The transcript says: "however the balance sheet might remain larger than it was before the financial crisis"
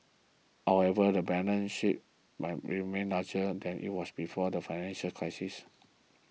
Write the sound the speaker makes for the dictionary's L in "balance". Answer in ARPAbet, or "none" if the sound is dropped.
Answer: N